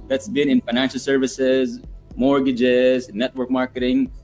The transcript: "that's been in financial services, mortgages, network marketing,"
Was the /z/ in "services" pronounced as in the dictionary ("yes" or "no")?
yes